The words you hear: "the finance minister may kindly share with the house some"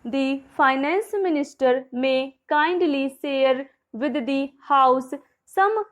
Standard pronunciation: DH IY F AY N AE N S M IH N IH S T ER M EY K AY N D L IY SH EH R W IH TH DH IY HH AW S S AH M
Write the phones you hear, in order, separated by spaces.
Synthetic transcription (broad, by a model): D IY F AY N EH N S M IH N IH S T ER M EY K AY N D L IY S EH R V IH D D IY HH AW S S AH M